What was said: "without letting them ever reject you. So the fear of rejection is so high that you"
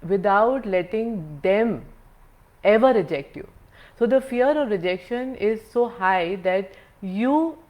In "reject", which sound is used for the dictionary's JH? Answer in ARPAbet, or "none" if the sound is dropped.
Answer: JH